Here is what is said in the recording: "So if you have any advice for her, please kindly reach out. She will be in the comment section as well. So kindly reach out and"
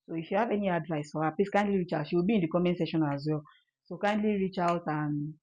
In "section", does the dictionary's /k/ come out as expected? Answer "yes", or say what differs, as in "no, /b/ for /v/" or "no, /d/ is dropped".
no, /k/ is dropped